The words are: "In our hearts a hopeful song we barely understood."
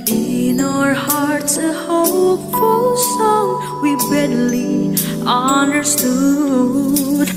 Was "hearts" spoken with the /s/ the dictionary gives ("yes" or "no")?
no